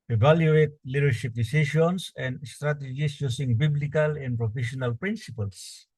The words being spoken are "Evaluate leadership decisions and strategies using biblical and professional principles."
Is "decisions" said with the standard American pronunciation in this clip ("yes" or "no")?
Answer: no